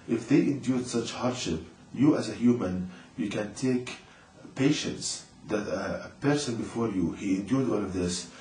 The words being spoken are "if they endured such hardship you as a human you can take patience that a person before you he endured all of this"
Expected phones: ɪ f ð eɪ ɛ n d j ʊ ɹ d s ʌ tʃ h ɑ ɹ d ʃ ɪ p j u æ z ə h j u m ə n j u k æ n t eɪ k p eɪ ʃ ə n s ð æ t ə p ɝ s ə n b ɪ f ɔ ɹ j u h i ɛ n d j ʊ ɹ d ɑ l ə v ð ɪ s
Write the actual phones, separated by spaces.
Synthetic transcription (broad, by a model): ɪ f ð eɪ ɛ n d j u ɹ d s ʌ tʃ h ɑ ɹ d ʃ ɪ p j u æ z ə h j u m ə n j u k æ n t eɪ k p eɪ ʃ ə n s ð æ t ə p ɝ s ə n b ɪ f ɔ ɹ j u h i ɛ n d j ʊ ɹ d ɑ l ə v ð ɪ s